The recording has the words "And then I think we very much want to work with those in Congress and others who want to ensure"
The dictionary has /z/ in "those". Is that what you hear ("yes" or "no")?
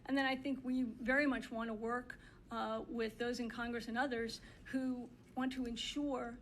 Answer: yes